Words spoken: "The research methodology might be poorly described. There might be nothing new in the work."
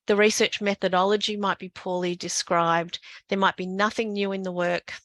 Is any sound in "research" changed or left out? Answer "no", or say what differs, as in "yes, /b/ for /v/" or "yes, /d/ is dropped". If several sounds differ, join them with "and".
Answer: no